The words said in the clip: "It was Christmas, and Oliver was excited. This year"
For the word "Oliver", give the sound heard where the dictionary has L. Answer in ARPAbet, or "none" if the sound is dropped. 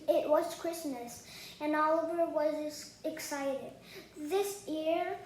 L